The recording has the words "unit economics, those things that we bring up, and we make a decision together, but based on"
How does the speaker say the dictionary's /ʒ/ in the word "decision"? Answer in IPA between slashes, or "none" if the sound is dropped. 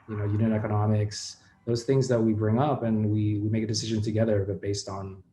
/ʒ/